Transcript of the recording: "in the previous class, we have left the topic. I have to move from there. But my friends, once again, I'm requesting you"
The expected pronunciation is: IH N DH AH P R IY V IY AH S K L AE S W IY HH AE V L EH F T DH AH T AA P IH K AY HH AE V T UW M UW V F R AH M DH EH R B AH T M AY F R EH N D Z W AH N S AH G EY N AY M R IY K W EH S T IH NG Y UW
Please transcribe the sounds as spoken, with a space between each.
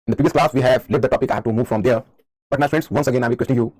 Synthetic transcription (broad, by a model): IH N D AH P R IY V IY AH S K L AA S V IY HH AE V L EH T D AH T AA P IH K AY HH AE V T UW M UW V F R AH M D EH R B AH T M AY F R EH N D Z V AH N S AH G EY N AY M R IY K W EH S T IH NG Y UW